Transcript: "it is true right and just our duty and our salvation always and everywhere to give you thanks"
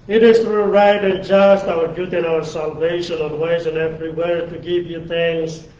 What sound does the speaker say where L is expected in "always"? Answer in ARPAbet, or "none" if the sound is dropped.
N